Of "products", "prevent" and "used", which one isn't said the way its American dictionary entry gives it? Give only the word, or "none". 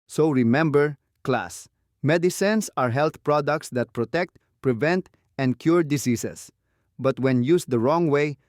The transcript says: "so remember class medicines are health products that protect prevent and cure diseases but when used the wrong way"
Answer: used